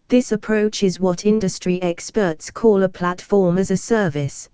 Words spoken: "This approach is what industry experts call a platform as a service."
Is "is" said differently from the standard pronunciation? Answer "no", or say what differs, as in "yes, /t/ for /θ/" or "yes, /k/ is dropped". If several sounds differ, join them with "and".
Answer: no